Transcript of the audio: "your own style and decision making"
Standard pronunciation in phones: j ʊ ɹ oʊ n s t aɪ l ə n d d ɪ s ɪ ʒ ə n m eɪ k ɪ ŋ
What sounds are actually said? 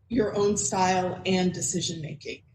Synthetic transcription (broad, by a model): j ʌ ɹ oʊ n s t aɪ l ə n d d ɪ s ɪ ʒ ə n m eɪ k ɪ ŋ